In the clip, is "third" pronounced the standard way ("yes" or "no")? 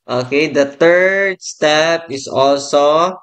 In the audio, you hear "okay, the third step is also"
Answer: no